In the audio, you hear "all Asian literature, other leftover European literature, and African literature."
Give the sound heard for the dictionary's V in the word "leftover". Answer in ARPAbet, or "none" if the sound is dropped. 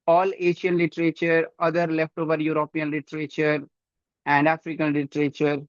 V